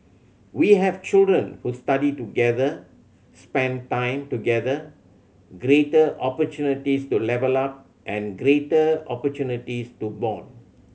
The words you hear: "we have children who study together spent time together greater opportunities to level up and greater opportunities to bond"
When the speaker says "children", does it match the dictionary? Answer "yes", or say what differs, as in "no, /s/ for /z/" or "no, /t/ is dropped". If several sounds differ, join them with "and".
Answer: yes